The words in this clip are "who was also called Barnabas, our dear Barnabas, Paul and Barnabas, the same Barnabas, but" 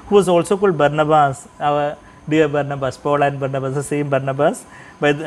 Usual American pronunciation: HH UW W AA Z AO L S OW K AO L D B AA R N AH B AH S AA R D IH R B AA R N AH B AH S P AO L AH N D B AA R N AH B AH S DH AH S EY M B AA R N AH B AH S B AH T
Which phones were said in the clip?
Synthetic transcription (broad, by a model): HH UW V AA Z AO L S OW K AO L D B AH R N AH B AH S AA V D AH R B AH R N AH B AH S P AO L AH N D B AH R N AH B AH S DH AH S EY M B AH R N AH B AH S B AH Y